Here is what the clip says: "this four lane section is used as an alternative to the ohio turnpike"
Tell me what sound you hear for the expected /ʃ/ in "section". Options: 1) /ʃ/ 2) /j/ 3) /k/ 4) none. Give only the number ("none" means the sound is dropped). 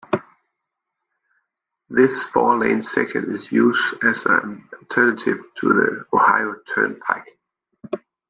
4